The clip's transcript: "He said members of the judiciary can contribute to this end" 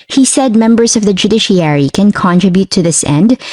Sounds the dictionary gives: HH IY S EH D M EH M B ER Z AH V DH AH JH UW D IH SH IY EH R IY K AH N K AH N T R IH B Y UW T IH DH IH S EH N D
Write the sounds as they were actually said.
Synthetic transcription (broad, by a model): HH IY S EH D M EH M B ER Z AH V DH AH JH UW D IH SH IY EH R IY K AH N K AH N T R IH B Y UW T IH DH IH S EH N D